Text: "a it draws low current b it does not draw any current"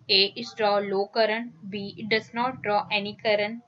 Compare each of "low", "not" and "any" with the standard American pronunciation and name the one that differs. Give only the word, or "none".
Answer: none